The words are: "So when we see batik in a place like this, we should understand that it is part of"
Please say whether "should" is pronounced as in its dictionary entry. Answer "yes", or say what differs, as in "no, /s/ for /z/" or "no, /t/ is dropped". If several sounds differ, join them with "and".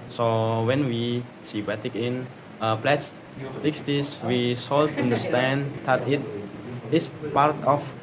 no, /s/ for /ʃ/